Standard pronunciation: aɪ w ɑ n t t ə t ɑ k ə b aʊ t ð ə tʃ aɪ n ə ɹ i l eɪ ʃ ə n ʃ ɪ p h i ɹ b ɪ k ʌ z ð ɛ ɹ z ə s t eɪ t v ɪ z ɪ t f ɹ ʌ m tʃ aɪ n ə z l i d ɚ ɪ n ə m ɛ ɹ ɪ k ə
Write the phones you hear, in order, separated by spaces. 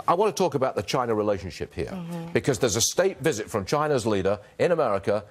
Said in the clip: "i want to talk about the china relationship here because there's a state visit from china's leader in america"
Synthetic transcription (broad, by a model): aɪ w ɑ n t t ə t ɑ k ə b aʊ t ð ə tʃ aɪ n ə ɹ i l eɪ ʃ ə n ʃ ɪ p h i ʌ b ɪ k ʌ z ð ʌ ɹ z ə s t eɪ t v ɪ z ɪ t f ɹ ʌ m tʃ aɪ n ə z l i d ɚ ɪ n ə m ɛ ɹ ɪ k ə